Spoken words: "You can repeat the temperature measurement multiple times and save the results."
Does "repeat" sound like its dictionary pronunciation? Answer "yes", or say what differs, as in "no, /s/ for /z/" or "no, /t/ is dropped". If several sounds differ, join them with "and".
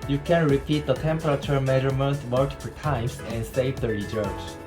yes